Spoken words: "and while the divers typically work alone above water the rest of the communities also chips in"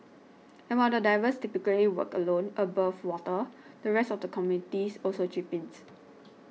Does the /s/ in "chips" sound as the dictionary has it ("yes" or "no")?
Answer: no